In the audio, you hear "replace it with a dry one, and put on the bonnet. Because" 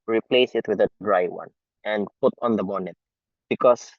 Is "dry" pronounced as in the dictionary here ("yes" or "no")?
yes